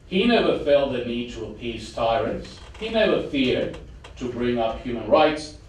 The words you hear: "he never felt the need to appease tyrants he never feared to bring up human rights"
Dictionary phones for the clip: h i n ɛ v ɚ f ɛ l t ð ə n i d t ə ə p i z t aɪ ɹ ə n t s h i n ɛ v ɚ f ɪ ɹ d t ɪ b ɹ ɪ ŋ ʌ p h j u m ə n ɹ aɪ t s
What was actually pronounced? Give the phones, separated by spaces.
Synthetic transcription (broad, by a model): h i n ɛ v ɚ f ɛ l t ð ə n i d t ə ə p i z t aɪ ɹ ə n t s h i n ɛ v ɚ f ɪ ɹ d t ɪ b ɹ ɪ ŋ ʌ p h j u m ə n ɹ aɪ t s